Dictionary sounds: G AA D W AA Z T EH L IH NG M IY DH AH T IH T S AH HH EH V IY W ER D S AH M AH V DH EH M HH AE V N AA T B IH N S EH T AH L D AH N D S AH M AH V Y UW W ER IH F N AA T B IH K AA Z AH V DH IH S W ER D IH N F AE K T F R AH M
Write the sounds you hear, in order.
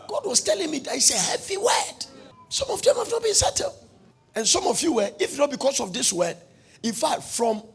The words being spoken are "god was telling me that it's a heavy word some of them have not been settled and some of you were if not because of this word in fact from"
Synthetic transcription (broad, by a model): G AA D W AA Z T EH L IH NG M IY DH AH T IH T S AH HH EH V IY W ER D S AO M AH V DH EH M HH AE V N AA T B IH N S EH T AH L AH N S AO M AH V Y UW W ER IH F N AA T B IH K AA S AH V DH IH S W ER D IH N F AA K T F R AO M